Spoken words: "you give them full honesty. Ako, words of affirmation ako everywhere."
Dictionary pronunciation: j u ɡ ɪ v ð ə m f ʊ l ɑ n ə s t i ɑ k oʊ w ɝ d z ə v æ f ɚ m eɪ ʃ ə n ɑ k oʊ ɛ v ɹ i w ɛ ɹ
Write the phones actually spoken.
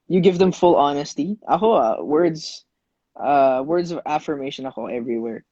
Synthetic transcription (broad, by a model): j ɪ ɡ ɪ v ð ə m f ʊ l ɑ n ə s t i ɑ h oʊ w ɝ d z ə v æ f ɚ m eɪ ʃ ə n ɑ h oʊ ɛ v ɹ i w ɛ ɹ